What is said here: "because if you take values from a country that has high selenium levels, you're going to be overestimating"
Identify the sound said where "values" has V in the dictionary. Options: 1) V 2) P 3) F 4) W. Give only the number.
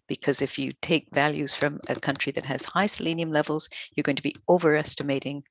1